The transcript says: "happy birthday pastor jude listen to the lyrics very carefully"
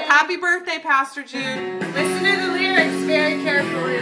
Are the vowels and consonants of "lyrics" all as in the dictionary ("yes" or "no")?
no